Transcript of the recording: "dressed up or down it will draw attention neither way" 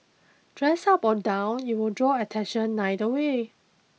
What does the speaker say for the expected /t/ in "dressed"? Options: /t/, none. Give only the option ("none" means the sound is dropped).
none